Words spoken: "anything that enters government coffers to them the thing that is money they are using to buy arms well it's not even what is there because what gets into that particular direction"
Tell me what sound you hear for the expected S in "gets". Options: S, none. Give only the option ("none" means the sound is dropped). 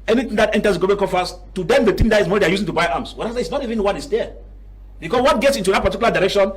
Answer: S